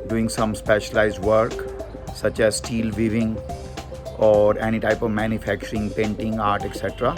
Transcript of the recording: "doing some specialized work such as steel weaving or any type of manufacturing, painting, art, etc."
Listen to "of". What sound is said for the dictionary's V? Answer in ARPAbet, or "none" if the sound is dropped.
V